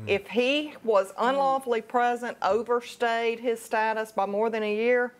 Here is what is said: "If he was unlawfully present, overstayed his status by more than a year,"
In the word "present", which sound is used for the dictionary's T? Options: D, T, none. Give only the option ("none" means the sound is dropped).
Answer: T